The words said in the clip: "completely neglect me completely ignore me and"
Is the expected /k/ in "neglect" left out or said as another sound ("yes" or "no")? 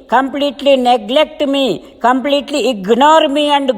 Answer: no